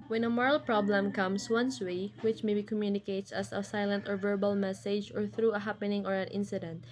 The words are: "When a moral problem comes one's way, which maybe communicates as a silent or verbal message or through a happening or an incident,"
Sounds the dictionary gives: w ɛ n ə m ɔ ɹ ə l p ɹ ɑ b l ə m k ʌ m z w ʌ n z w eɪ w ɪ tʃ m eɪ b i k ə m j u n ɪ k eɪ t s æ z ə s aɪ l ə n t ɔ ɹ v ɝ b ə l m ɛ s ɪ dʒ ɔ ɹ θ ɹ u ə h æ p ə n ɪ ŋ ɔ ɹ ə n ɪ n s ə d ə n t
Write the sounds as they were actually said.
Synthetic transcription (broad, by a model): w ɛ n ə m ɔ ɹ ə l p ɹ ɑ b l ə m k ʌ m s w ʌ n s w eɪ w ɪ tʃ m eɪ b i k ə m j u n ɪ k eɪ t s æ s ə s aɪ l ə n t ɔ ɹ v ɝ b ə l m ɛ s ɪ dʒ ɔ ɹ θ ɹ u ə h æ p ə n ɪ ŋ ɔ ɹ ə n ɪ n s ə d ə n t